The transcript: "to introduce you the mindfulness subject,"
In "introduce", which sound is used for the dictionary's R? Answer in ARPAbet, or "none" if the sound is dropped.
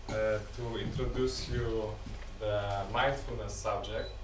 R